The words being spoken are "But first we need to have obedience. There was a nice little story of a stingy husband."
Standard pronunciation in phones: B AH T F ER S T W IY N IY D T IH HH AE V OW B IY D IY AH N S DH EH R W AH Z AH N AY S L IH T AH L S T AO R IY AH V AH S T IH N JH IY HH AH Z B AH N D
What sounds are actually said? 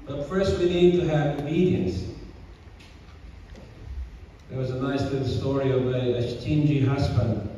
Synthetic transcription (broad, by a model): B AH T F ER S T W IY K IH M T IH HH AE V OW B IY D IY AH N S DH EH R W AH Z AH N AY S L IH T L S T AO R IY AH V AH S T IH N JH IY HH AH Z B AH N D